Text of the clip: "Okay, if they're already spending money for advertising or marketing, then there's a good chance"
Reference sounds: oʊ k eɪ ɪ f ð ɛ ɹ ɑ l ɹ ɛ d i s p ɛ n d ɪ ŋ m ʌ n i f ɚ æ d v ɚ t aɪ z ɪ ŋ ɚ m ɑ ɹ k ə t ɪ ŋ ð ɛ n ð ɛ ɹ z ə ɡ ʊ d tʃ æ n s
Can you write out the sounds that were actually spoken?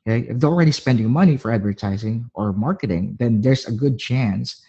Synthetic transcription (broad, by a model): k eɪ ɪ f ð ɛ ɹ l ɹ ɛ d i s p ɛ n d ɪ ŋ m ʌ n i f ɚ æ d v ɚ t aɪ z ɪ ŋ ɚ m ɑ ɹ k ə t ɪ ŋ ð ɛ n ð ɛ ɹ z ə ɡ ʊ d tʃ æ n s